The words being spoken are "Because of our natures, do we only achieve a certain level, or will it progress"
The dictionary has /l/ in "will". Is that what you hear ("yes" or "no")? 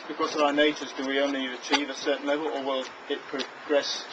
yes